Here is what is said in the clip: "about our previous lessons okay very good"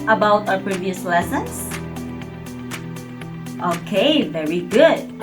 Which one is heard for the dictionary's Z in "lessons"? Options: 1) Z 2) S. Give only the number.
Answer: 2